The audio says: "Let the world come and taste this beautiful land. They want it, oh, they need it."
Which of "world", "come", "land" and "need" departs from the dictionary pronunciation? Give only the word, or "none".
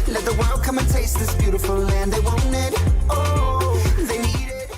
none